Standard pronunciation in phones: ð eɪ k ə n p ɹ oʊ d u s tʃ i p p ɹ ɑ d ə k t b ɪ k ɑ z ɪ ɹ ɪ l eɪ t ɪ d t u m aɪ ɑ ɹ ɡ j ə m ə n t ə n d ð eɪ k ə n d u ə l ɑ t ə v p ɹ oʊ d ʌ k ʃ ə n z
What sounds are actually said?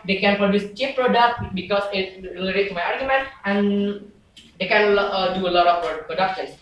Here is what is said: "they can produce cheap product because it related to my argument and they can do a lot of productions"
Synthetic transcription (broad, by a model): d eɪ k ə n p ɹ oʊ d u s tʃ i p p ɹ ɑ d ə k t b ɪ k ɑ s ɪ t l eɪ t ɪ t t u m aɪ ɑ ɹ ɡ j ə m ə n t ə n d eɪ k ə n d u ə l ɑ t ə p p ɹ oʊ d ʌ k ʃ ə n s